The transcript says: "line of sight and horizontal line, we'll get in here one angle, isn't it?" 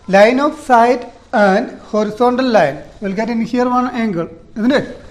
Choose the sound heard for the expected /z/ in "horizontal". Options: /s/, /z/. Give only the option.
/s/